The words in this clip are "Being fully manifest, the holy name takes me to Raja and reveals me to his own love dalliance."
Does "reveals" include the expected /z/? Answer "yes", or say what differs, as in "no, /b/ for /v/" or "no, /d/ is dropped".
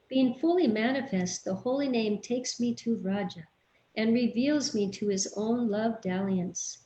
yes